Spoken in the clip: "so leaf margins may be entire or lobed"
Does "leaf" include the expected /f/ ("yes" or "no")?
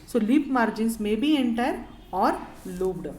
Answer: no